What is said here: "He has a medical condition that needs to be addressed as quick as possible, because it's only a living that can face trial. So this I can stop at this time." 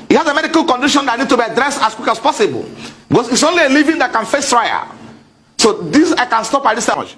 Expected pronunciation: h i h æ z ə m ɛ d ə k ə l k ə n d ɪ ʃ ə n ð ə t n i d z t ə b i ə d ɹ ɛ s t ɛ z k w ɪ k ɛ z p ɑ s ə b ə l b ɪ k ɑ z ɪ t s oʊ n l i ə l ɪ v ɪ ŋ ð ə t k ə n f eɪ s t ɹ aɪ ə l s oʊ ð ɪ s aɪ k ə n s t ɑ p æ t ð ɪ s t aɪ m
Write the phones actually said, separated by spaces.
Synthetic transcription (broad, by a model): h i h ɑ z ə m ɛ d ə k ə l k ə n d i ʃ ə n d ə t n i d t ə b i ə d ɹ ɛ s t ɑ s k w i k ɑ s p ɑ s ə b ə l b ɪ k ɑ s ɪ t s oʊ n l i ə l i v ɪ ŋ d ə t k ə n f eɪ s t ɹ aɪ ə s oʊ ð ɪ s aɪ k ə n s t ɑ p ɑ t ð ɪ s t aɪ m